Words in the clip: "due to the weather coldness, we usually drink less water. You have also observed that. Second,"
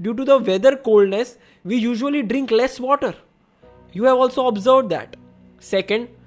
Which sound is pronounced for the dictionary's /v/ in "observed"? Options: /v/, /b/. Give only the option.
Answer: /v/